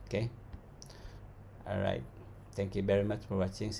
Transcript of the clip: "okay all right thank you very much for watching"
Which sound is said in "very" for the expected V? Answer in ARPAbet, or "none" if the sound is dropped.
V